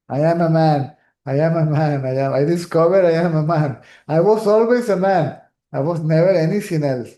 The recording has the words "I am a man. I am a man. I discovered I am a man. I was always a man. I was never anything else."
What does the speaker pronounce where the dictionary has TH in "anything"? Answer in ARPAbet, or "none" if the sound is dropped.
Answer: S